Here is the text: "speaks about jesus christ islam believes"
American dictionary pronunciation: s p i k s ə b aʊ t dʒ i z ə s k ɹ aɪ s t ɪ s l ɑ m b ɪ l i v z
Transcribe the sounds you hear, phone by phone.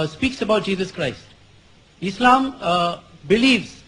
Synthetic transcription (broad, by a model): s p i k s ə b aʊ t dʒ i z ə s k ɹ aɪ s t ɪ s l ɑ m b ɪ l i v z